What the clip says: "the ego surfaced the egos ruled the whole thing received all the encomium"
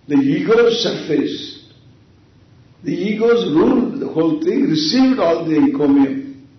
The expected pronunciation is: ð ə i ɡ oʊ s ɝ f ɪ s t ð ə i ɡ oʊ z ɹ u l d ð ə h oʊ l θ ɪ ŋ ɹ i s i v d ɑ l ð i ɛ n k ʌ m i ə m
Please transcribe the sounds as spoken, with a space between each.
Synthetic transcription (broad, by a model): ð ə i ɡ oʊ s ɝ f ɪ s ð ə i ɡ oʊ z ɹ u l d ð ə h oʊ l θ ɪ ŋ ɹ i s i v d ɑ l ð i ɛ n k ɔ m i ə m